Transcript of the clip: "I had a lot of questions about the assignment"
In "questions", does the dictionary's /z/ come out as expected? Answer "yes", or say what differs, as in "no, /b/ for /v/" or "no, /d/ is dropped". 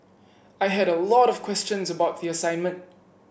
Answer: yes